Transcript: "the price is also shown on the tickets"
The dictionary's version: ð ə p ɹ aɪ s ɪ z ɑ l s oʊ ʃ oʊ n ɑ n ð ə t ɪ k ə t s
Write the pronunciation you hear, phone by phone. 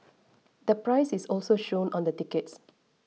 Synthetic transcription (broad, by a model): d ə p ɹ aɪ s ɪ s ɑ l s oʊ ʃ oʊ n ɑ n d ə t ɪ k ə t s